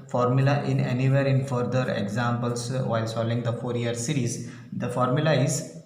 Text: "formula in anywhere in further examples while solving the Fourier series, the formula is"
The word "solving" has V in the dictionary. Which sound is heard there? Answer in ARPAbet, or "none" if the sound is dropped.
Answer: none